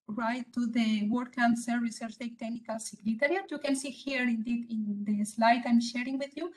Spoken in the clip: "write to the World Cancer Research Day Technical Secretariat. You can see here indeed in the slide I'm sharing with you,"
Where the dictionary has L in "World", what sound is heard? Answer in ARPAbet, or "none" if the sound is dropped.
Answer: none